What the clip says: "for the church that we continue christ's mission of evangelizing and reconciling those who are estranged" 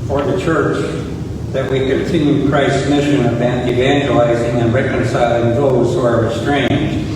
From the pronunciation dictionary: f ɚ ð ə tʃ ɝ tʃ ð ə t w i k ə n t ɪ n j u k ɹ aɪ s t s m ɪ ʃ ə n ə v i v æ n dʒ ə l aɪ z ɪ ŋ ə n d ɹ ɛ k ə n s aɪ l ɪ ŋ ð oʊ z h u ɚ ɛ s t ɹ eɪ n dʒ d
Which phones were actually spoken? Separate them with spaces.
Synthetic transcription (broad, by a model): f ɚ ð ə tʃ ɝ tʃ ð ə t w i k ə n t ɪ n j u k ɹ aɪ s t s m ɪ ʃ ə n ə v i v æ n dʒ ə l aɪ z ɪ ŋ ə n ɹ ɛ k ə n s aɪ l ɪ ŋ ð oʊ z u ɚ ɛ s t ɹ eɪ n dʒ